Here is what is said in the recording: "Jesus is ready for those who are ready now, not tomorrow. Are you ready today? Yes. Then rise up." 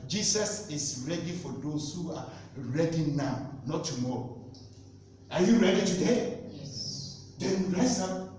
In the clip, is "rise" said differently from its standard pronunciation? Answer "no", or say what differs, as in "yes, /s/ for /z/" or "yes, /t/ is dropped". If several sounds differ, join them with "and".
yes, /s/ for /z/